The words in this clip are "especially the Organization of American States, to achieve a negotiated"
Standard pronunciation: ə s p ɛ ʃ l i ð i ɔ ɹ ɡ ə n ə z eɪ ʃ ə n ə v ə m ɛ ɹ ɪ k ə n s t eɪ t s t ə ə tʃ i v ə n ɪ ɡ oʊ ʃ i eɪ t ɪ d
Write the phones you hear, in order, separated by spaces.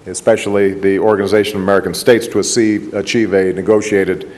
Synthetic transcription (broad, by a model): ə s p ɛ ʃ l i ð i ɔ ɹ ɡ ə n ə z eɪ ʃ ə n ə v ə m ɛ ɹ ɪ k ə n s t eɪ t s t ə ə tʃ i v ə n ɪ ɡ oʊ ʃ i eɪ t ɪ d